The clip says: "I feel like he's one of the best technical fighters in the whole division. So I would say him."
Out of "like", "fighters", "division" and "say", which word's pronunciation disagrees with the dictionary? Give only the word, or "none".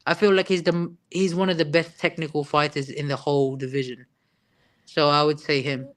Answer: none